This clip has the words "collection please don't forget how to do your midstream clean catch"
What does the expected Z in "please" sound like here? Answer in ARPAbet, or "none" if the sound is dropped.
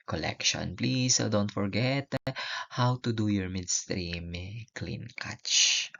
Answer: S